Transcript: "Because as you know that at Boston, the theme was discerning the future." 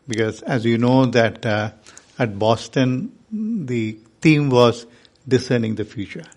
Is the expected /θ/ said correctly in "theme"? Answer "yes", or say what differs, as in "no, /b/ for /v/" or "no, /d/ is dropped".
no, /t/ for /θ/